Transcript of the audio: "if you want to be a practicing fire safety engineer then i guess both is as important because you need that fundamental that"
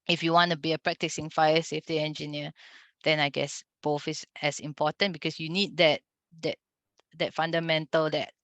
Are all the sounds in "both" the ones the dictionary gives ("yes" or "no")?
no